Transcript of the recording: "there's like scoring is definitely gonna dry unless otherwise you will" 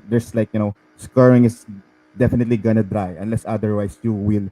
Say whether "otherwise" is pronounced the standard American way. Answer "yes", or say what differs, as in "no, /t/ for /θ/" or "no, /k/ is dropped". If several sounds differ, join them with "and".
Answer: no, /s/ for /z/